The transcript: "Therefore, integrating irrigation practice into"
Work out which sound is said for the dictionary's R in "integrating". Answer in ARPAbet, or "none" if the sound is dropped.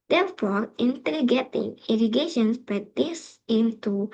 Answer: none